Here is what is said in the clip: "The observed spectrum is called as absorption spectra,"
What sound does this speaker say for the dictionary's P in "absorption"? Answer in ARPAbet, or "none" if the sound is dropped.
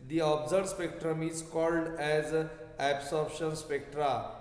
B